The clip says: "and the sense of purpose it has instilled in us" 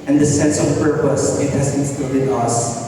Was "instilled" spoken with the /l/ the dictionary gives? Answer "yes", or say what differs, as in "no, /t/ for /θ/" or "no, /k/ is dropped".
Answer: no, /l/ is dropped